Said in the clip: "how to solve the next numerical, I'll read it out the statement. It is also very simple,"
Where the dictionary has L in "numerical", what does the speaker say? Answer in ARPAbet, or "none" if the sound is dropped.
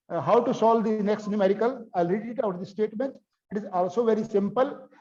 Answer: L